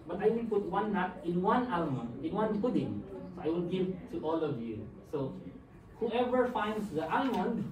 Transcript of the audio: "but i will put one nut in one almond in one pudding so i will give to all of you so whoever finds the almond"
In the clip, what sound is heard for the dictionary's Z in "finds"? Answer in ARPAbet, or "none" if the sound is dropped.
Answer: S